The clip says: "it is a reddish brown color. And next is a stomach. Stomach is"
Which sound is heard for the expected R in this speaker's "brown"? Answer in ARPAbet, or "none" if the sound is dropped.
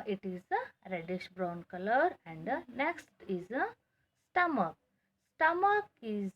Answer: R